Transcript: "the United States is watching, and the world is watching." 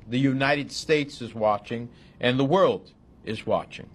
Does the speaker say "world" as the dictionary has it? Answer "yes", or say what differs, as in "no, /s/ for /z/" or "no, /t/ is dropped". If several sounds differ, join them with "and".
yes